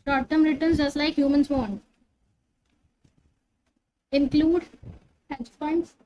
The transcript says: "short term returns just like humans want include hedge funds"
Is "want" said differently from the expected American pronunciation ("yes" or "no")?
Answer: yes